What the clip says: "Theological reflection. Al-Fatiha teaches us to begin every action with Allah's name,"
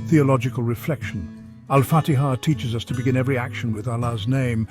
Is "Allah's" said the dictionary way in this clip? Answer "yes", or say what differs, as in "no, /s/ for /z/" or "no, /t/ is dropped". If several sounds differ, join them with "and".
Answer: yes